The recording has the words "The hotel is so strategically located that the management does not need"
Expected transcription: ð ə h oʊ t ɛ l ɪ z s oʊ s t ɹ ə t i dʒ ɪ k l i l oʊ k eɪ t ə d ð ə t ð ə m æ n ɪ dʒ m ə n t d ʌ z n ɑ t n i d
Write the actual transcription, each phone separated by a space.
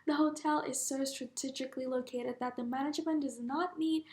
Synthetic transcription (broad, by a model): ð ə h oʊ t ɛ l ɪ z s oʊ s t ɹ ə t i dʒ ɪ k l i l oʊ k eɪ t ə d ð ə t ð ə m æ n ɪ dʒ m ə n d ʌ z n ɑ t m i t